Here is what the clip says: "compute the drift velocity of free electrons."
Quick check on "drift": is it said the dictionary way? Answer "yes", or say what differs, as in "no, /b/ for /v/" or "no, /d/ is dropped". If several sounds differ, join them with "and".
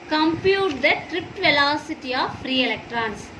no, /p/ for /f/